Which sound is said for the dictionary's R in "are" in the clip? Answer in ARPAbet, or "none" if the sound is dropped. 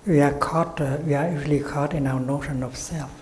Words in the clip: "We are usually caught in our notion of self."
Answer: W